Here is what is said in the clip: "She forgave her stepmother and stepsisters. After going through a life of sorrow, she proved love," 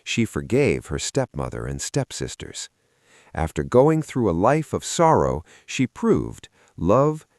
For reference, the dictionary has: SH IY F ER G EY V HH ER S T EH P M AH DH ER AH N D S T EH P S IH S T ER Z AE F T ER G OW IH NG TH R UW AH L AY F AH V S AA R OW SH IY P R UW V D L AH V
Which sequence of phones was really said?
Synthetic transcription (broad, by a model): SH IY F ER G EY V HH ER S T EH P M AH DH ER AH N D S T EH P S IH S T ER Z AE F T ER G OW IH NG TH R UW AH L AY F AH V S AA R OW SH IY P R UW V D L AH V